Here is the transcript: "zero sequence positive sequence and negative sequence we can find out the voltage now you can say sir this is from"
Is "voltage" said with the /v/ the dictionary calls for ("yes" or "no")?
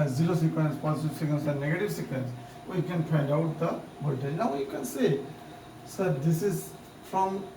no